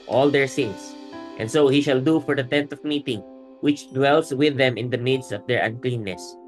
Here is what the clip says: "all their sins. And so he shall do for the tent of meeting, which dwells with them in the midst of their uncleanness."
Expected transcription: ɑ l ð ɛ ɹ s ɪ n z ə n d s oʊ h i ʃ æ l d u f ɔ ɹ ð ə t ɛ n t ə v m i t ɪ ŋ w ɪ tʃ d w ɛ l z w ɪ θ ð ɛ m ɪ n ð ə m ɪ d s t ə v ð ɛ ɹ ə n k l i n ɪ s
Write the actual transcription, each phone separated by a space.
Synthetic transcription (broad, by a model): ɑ l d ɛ ɹ s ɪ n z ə n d s oʊ h i ʃ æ l d u f ɔ ɹ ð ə t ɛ n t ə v m i t ɪ ŋ w ɪ tʃ d w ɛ l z w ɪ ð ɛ m ɪ n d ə m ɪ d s ə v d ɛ ɹ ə n k l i n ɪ s